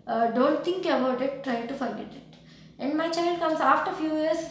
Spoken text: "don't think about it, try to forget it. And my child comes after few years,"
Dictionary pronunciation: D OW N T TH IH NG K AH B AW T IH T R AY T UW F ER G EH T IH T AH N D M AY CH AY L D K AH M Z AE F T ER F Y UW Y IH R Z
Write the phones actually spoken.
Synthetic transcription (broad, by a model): D OW N T T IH NG K AH B AW T IH T R AY T UW F ER G EH T IH T AH N D M AY CH AY L D K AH M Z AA F T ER F Y UW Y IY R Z